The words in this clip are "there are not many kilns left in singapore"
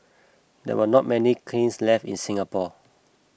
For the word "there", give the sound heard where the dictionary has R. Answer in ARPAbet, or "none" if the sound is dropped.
W